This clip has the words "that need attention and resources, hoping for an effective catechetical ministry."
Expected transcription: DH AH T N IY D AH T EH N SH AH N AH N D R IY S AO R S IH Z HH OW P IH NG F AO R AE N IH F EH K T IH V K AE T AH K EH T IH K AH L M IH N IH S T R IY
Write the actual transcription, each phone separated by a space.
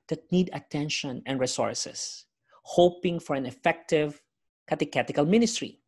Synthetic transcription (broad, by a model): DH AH T N IY D AH T EH N SH AH N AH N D R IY S AO R S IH S HH OW P IH NG F AO R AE N IH F EH K T IH V K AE T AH K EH T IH K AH L M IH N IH S T R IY